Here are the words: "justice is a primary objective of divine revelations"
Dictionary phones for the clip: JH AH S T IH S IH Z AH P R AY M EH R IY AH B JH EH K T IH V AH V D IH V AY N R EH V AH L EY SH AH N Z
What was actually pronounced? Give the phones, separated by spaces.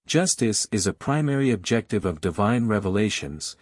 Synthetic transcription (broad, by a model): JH AH S T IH S IH Z AH P R AY M EH R IY AH B JH EH K T IH V AH V D IH V AY N R EH V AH L EY SH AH N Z